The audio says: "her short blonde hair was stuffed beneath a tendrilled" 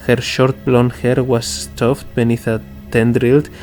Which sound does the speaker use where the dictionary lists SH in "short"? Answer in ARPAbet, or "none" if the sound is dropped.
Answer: SH